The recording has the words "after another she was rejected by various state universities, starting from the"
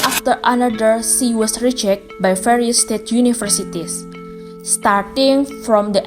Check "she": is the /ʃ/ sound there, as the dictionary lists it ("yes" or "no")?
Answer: no